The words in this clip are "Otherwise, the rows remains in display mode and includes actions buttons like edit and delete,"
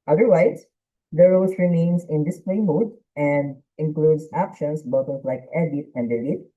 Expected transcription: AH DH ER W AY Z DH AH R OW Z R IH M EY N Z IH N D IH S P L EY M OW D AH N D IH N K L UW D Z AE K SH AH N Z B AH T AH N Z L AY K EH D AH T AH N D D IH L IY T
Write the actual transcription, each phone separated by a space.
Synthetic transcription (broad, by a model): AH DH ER W AY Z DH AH R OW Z R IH M EY N S IH N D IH S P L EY M OW D AH N D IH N K L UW D S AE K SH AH N S B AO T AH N L AY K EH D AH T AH N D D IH L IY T